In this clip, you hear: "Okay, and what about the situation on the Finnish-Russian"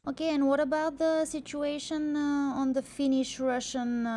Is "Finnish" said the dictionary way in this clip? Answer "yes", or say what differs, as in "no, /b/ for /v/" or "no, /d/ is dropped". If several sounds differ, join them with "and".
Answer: yes